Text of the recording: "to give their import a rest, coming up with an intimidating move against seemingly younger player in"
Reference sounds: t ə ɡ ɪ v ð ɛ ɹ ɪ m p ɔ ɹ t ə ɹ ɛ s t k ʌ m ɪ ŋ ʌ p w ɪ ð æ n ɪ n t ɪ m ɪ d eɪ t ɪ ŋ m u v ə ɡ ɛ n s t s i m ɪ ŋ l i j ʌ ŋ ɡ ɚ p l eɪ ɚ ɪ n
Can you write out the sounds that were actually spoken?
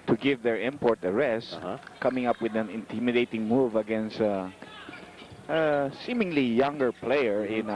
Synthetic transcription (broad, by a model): t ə ɡ ɪ v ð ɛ ɹ ɪ m p ɔ ɹ t ə ɹ ɛ s t k ʌ m ɪ ŋ ʌ p w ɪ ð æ n ɪ n t ɪ m ɪ d eɪ t ɪ ŋ m u v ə ɡ ɛ n s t s i m ɪ ŋ l i j ʌ ŋ ɡ ɚ p l eɪ ɚ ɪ n